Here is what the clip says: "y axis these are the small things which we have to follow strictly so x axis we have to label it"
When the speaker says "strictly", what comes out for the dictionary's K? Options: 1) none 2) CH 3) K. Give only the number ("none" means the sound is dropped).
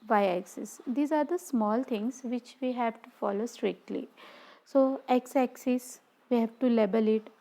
3